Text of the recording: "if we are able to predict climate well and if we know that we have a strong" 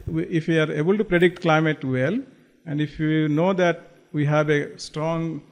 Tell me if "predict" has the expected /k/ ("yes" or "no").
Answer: yes